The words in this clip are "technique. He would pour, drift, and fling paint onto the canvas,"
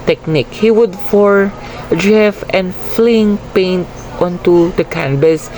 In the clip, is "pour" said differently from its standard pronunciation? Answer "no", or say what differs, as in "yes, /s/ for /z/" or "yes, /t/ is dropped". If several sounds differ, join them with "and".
yes, /f/ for /p/